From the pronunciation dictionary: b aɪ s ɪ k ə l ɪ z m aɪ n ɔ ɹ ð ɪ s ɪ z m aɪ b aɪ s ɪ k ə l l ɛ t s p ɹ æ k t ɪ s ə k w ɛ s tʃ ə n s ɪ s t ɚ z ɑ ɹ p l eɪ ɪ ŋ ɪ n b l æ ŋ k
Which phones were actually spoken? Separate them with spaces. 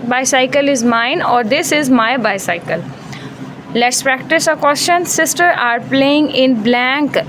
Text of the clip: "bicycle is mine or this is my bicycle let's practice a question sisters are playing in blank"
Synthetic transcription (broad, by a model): b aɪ s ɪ k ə l ɪ z m aɪ n ɔ ɹ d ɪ s ɪ z m aɪ b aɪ s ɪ k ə l l ɛ t s p ɹ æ k t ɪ s ə k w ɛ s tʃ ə n s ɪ s t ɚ ɑ ɹ p l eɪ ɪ ŋ ɪ n b l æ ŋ k